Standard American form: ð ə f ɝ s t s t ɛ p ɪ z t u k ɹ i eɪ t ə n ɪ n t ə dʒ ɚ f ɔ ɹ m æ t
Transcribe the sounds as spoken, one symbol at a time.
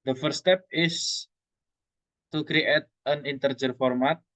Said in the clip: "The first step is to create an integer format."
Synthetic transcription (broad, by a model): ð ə f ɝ t s t ɛ p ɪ s t u k ɹ i eɪ t ə n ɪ n t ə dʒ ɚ f ɔ ɹ m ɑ t